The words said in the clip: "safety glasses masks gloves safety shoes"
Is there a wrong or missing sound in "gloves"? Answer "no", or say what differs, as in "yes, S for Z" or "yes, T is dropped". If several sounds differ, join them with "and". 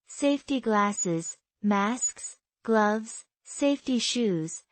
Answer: no